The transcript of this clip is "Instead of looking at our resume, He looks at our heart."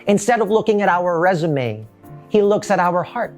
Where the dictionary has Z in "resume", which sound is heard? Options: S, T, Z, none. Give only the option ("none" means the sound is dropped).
Z